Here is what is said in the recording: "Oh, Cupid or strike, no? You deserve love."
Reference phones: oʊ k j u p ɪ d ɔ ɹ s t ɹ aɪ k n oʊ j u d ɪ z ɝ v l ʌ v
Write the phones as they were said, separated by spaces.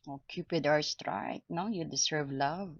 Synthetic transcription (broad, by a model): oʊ k j u p ɪ d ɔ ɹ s t ɹ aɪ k n oʊ j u d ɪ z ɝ v l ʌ v